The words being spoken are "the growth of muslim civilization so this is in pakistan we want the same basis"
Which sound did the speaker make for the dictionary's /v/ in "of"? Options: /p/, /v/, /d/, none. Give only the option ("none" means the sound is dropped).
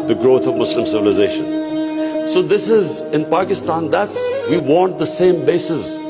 /v/